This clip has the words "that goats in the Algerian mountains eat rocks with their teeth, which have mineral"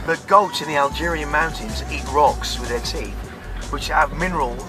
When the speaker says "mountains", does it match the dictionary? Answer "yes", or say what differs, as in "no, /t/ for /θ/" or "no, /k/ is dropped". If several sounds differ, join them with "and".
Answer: yes